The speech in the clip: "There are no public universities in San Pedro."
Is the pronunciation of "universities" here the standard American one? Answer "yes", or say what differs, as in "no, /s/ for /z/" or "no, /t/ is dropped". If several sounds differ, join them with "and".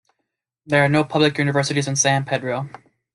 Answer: yes